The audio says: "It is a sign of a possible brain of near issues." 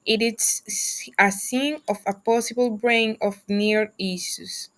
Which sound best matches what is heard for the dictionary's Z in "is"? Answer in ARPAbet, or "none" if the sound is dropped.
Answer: S